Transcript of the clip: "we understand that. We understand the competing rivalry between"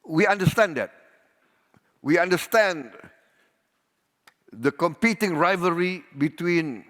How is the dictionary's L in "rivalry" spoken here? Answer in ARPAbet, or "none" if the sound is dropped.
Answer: none